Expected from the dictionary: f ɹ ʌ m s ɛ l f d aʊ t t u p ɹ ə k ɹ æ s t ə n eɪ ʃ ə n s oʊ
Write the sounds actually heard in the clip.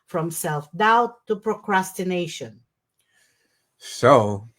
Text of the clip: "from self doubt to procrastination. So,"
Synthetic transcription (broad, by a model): f ɹ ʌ m s ɛ l f d aʊ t t u p ɹ ə k ɹ æ s t ə n eɪ ʃ ə n s oʊ